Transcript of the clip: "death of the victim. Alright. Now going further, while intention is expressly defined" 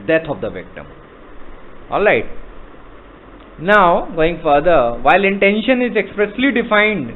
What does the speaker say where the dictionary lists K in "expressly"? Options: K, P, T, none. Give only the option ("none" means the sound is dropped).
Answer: K